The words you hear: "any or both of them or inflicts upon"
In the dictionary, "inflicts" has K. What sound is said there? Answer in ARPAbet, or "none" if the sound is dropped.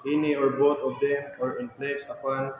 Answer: none